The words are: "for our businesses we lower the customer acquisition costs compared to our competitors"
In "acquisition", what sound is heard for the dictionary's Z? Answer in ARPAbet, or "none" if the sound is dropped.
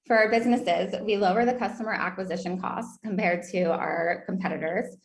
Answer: Z